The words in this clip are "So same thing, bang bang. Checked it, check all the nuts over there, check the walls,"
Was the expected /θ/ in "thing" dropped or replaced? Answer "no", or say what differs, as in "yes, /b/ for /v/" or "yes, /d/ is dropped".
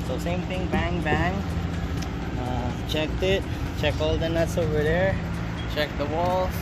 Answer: yes, /t/ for /θ/